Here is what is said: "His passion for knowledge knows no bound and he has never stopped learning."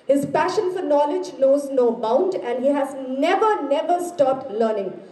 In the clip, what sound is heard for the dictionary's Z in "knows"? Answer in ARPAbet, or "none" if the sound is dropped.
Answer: Z